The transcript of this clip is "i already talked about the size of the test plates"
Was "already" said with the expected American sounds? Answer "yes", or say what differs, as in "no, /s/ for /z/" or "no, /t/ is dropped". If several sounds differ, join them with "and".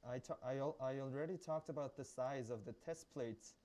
yes